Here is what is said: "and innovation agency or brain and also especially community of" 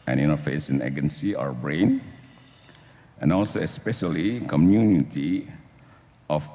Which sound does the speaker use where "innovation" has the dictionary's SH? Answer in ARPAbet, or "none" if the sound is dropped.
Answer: S